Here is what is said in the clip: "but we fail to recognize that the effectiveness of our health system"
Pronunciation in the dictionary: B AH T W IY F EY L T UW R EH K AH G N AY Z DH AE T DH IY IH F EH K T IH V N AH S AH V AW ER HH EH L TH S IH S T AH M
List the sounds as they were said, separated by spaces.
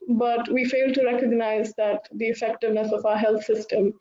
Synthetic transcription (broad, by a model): B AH T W IY F EY L T UW R EH K AH G N AY Z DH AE T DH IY IH F EH K T IH V N AH S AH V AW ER HH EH L T S IH S T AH M